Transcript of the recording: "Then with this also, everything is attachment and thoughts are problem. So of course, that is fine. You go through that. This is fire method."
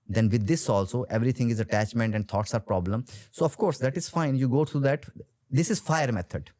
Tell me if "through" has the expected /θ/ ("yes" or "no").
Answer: no